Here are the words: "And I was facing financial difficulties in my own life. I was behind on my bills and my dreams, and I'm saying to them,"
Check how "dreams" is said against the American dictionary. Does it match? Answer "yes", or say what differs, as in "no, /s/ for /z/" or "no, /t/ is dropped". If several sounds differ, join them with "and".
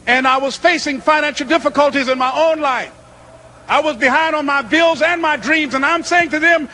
yes